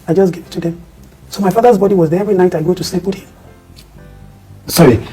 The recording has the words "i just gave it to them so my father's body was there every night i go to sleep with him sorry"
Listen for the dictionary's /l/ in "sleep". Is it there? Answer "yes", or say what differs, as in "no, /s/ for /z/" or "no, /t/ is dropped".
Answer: no, /l/ is dropped